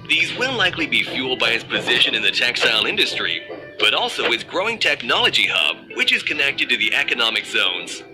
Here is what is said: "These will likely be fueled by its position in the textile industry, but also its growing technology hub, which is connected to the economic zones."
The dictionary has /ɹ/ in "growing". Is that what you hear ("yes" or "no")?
yes